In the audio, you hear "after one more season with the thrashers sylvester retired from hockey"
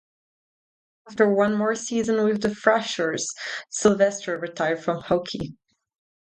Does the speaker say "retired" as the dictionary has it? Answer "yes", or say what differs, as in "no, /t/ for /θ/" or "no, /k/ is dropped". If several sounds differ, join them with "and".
yes